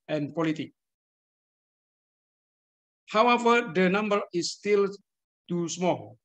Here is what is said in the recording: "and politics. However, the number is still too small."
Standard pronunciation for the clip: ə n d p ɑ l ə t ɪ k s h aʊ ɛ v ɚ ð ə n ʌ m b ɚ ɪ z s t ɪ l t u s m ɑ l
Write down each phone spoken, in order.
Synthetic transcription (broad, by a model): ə n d p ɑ l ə t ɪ k h aʊ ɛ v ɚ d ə n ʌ m b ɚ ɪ s t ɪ l t u s m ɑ l